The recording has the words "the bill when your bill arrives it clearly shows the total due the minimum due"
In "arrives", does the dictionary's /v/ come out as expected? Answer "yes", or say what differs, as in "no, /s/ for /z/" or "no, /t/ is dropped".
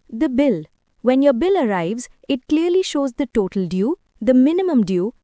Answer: yes